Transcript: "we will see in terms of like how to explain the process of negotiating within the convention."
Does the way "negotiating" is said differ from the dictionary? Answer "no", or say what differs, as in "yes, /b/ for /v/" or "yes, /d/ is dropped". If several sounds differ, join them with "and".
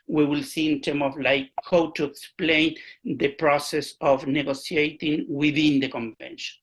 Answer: yes, /s/ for /ʃ/